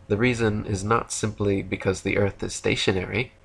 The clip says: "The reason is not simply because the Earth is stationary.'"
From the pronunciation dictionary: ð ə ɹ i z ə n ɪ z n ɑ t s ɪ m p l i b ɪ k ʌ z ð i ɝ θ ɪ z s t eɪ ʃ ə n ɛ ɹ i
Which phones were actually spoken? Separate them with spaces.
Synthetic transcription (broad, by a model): ð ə ɹ i z ə n ɪ z n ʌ t s ɪ m p l i b ɪ k ʌ z ð i ɝ θ ɪ z s t eɪ ʃ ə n ɛ ɹ i